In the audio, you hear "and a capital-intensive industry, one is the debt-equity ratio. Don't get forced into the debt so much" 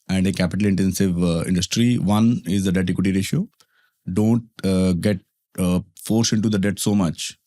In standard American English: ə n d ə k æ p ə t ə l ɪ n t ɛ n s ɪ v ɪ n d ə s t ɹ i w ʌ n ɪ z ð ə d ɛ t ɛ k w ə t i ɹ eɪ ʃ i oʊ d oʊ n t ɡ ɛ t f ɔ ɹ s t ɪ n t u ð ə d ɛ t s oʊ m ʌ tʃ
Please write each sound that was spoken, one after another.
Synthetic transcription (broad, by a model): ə n d ə k æ p ə t ə l ɪ n t ɛ n s ɪ v ɪ n d ə s t ɹ i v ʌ n ɪ z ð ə d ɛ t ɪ k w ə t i ɹ eɪ ʃ i oʊ d oʊ n t ɡ ɛ t f ɔ ɹ s ɪ n t u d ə d ɛ t s oʊ m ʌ tʃ